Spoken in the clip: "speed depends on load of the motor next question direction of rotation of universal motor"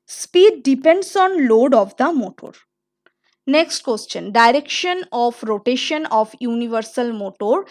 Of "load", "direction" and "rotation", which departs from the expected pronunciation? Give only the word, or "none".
none